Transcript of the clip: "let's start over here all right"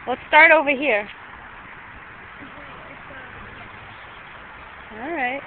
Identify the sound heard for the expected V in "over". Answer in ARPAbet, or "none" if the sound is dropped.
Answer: V